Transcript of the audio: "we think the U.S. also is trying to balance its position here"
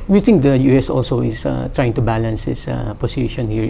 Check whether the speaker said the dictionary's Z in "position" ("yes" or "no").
no